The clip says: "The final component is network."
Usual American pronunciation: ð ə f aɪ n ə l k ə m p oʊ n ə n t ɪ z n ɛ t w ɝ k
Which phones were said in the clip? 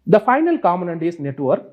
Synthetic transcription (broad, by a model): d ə f aɪ n ə l k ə m oʊ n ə n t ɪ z n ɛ t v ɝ k